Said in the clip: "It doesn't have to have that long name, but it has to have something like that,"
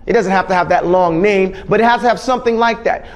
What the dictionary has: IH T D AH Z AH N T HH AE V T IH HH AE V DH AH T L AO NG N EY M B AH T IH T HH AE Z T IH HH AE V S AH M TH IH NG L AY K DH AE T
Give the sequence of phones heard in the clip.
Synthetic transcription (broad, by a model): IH T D AH Z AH N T HH AE F T IH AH V DH AH T L AO NG N EY M B AH T IH T HH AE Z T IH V S AH M TH IH NG L AY K DH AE T